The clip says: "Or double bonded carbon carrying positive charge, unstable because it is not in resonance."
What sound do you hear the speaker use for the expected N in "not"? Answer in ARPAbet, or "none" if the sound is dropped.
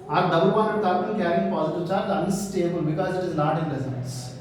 L